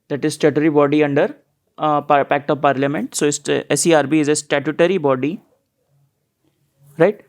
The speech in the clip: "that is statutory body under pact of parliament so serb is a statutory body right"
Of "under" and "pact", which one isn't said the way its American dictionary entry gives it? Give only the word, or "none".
none